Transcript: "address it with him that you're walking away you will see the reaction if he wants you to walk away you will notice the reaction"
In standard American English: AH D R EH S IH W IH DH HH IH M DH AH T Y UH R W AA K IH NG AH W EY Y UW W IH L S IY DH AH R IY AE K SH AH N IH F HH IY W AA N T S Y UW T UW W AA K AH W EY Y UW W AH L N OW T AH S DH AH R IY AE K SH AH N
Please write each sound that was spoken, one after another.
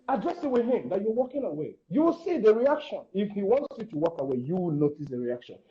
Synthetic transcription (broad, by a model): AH D R EH S IH W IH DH HH IH M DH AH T Y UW W AA K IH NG AH W EY Y UW W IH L S IY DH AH R IY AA K SH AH N IH F HH IY W AA N T S Y UW T UW W AA K AH W EY Y UW W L N OW T AH S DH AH R IY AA K SH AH N